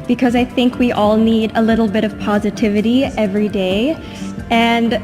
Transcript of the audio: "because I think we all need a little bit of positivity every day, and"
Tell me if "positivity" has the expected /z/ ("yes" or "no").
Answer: yes